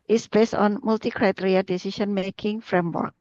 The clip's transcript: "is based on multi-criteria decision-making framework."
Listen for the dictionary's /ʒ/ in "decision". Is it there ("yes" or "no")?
no